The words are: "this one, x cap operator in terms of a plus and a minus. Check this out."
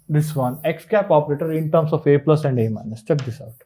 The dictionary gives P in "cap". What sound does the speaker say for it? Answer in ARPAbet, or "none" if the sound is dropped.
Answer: P